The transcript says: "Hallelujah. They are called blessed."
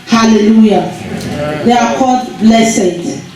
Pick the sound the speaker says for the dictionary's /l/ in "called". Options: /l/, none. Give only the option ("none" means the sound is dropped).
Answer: none